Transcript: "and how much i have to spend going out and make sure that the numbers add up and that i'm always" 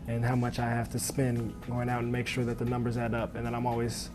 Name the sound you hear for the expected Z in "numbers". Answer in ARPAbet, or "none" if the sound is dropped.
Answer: Z